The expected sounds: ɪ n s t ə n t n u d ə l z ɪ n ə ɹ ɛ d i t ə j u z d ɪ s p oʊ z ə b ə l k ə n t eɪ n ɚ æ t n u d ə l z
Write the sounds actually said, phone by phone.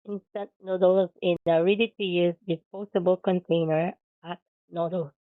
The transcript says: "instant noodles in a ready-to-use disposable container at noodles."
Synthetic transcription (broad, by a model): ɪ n s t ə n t n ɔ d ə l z ɪ n ə ɹ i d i t ə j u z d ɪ p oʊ s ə b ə l k ə n t eɪ n ɚ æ t n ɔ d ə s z